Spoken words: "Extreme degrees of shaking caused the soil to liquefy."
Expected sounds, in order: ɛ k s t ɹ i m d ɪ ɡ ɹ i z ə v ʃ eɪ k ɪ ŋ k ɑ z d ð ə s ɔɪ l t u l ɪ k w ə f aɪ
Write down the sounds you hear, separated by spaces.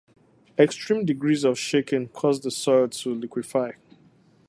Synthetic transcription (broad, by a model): ɛ k s t ɹ i m d ɪ ɡ ɹ i z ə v ʃ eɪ k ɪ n k ɑ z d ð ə s ɔɪ l t u l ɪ k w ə f aɪ